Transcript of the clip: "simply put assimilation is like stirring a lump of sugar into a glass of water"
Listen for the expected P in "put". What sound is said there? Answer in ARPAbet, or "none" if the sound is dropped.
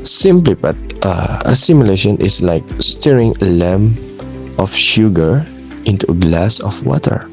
B